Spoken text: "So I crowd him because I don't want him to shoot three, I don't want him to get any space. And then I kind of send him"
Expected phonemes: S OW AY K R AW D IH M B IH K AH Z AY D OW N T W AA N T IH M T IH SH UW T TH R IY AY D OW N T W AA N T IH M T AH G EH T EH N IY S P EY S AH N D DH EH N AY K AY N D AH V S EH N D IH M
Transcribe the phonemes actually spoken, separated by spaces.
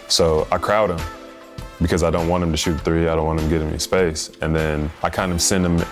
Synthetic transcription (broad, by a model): S OW AY K R AW D IH M B IH K AH Z AY D OW N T W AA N IH M T IH SH UW T TH R IY AY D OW N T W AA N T IH M G EH T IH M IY S P EY S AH N DH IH N AY K AY N D AH V S EH N D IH M